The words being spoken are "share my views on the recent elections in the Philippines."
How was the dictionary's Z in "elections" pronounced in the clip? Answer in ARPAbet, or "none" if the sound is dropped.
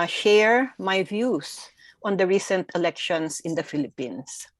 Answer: S